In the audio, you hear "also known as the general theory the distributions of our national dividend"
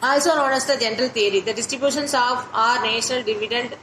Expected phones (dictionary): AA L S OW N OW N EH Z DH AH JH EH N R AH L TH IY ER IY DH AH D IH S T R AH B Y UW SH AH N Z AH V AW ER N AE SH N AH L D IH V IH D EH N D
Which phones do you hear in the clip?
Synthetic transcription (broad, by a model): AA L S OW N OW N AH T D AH JH EH N R AH L T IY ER IY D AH D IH S T R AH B Y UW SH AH N S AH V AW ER N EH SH N AH L D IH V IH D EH N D